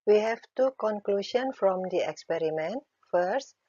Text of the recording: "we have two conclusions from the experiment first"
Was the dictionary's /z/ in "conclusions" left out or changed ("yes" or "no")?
yes